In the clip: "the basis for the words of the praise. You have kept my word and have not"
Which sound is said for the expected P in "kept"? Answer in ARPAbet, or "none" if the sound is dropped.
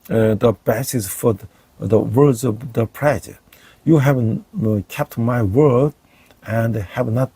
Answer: P